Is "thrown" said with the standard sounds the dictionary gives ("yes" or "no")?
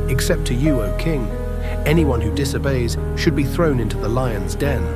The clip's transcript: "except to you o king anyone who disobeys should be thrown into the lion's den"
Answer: yes